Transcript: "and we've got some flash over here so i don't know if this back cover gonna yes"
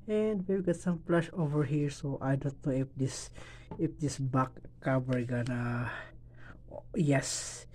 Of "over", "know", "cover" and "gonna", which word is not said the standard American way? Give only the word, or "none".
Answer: cover